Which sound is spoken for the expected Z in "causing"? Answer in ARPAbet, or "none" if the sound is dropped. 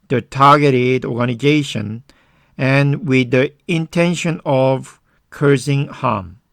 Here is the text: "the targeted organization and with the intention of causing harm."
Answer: S